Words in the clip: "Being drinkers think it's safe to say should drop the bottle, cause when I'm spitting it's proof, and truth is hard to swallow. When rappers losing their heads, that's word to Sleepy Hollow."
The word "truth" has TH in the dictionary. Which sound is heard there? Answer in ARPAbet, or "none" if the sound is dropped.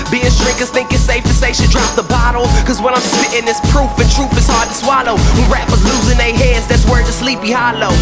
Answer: F